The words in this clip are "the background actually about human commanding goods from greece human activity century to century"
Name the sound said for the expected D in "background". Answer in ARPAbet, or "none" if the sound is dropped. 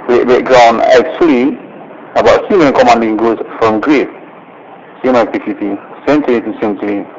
none